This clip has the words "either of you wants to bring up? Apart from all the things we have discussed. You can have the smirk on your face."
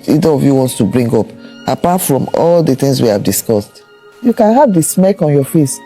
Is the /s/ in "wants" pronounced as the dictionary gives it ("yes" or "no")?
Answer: yes